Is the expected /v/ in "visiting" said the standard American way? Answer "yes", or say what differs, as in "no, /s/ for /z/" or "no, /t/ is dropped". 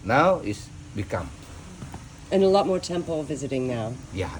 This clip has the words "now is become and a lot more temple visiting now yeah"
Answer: yes